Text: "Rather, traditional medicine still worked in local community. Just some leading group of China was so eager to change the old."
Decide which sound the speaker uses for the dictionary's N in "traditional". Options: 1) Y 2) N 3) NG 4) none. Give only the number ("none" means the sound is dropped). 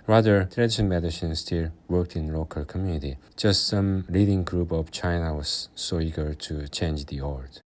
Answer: 4